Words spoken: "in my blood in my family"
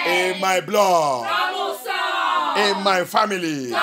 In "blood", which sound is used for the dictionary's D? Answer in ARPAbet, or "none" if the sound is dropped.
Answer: none